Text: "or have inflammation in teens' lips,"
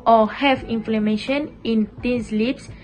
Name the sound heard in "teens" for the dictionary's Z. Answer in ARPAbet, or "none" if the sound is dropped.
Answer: S